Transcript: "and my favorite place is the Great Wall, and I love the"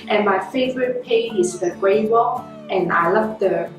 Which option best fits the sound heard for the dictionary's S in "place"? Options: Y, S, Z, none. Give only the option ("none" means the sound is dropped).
none